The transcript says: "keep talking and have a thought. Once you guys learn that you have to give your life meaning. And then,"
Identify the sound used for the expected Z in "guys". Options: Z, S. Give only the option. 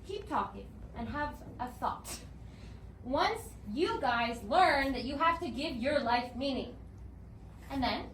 Z